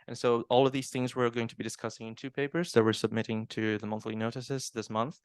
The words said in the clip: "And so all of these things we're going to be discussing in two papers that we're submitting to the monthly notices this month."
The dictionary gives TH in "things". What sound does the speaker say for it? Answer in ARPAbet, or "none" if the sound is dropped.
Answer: TH